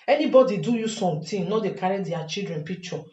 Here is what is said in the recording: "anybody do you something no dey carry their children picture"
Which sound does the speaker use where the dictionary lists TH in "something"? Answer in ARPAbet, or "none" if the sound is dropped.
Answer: T